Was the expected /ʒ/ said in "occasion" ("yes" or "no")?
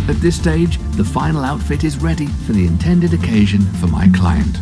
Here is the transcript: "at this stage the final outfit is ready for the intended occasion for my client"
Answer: yes